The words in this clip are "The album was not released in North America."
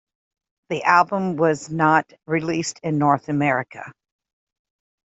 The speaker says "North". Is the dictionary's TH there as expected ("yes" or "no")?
yes